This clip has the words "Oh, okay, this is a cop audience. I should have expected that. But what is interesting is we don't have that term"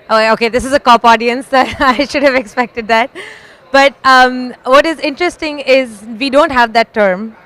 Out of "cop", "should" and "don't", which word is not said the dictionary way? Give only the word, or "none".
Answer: none